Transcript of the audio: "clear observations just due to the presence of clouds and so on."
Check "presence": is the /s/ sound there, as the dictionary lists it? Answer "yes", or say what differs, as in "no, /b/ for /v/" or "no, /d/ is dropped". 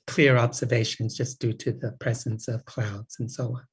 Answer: yes